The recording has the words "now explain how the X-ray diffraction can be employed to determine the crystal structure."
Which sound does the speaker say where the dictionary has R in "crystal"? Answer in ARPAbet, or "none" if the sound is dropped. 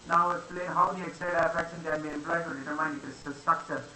none